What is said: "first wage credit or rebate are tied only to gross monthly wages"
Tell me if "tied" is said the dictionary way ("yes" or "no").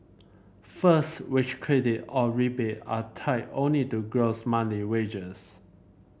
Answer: no